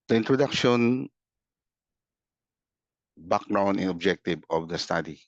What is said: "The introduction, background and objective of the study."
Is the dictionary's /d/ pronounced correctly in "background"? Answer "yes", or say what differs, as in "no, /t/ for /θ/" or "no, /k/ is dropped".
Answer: no, /d/ is dropped